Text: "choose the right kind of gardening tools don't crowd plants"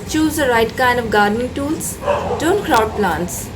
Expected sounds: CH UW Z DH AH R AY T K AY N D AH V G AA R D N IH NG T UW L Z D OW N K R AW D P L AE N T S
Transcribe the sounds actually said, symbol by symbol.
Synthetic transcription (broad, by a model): CH UW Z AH R AY T K AY N D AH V G AA R D N IH NG T UW L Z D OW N K R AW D P L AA N T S